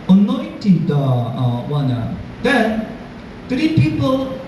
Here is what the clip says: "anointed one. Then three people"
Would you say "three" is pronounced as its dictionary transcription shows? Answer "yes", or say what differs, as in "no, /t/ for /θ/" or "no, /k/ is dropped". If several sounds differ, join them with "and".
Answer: no, /t/ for /θ/